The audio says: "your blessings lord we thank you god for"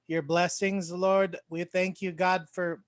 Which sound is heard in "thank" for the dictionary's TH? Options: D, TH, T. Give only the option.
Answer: TH